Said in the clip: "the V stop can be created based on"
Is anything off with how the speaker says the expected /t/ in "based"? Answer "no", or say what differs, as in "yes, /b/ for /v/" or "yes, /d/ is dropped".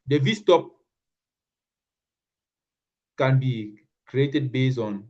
yes, /t/ is dropped